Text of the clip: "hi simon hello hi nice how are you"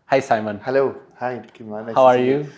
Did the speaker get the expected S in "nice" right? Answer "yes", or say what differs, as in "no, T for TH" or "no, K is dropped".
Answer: no, S is dropped